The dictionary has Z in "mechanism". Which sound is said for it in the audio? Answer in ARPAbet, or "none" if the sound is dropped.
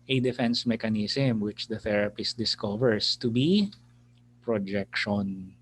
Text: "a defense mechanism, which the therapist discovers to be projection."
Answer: S